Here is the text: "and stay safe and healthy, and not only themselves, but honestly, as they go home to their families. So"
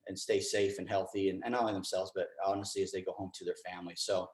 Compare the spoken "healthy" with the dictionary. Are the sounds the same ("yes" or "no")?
yes